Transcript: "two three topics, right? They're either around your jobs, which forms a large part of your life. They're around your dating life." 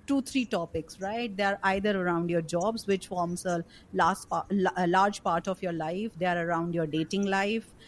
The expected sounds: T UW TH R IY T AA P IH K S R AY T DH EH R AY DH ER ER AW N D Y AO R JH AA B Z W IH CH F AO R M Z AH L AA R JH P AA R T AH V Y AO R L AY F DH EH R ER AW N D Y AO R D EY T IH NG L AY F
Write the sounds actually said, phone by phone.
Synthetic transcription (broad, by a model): T UW T R IY T AA P IH K S R AY T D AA R AY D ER ER AW N D Y AO R JH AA B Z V IH CH F AO R M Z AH L AA R JH P AA R T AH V Y AO R L AY F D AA R ER AW N D Y AO R D EY T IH NG L AY F